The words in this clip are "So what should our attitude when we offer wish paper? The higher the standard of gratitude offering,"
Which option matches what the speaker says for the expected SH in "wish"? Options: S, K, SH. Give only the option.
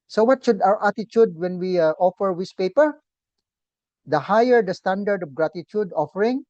S